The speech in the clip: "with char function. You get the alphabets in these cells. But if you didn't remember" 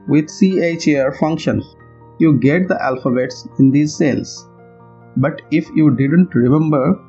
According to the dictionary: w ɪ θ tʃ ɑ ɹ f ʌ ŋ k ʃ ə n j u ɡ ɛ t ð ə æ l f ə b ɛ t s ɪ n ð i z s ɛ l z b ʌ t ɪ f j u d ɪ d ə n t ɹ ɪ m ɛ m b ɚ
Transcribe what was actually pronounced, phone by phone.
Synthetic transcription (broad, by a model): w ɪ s tʃ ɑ ɹ f ʌ ŋ k ʃ ə n j u ɡ ɛ t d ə æ l f ə b ɛ t s ɪ n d i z s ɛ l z b ʌ t ɪ f j u d ɪ d ə n t ɹ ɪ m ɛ m b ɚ